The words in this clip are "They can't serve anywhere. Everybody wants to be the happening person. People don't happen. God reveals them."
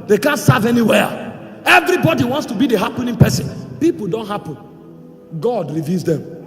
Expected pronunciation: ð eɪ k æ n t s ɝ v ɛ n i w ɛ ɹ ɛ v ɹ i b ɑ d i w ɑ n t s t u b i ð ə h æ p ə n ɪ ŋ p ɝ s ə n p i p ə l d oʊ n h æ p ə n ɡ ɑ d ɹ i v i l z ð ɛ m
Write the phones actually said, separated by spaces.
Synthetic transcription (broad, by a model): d eɪ k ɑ n t s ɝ v ɛ n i w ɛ ɛ v ɹ i b ɑ d i w ɑ n t s t u b i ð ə h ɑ p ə n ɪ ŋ p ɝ s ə n p i p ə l d oʊ n h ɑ p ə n ɡ ɑ d ɹ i v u z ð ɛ m